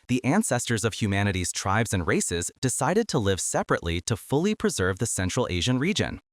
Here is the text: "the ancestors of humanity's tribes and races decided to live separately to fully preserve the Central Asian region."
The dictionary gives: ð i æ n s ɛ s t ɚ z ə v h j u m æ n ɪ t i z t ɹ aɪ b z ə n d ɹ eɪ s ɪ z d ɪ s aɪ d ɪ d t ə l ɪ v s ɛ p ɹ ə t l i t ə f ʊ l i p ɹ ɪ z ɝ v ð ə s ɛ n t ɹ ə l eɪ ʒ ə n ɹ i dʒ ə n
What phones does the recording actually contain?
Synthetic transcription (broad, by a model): ð i æ n s ɛ s t ɚ z ə v h j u m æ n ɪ t i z t ɹ aɪ b z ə n ɹ eɪ s ɪ z d ɪ s aɪ d ɪ d t ə l ɪ v s ɛ p ɹ ə t l i t ə f ʊ l i p ɹ ɪ z ɝ v ð ə s ɛ n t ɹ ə l eɪ ʒ ə n ɹ i dʒ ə n